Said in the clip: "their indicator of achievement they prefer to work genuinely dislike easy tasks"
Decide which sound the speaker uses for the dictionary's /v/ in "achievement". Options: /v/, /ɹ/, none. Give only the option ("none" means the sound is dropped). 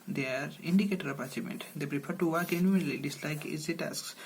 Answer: none